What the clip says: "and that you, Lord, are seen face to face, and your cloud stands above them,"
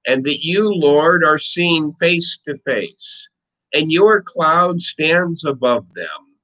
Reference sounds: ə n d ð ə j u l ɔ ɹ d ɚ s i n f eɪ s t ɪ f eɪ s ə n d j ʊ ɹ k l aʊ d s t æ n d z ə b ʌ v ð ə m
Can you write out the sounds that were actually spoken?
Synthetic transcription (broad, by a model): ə n ð ə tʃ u l ɔ ɹ d ɚ s i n f eɪ s t ɪ f eɪ s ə n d j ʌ ɹ k l aʊ d s t æ n d z ə b ʌ v ð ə m